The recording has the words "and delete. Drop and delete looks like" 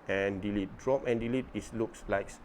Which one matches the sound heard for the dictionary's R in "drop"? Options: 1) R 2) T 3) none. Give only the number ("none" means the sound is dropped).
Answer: 1